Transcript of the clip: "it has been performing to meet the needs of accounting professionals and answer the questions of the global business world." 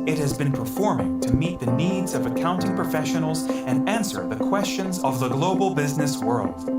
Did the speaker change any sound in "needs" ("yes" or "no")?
no